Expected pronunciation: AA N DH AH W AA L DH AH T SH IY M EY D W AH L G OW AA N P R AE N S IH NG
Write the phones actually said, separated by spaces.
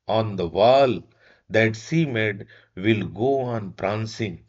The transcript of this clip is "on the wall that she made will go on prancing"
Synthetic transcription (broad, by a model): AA N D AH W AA L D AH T S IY M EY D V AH L G OW AA N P R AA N S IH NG